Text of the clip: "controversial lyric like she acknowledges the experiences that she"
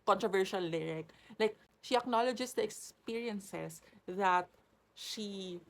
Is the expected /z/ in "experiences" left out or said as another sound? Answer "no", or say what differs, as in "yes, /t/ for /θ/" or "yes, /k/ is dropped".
yes, /s/ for /z/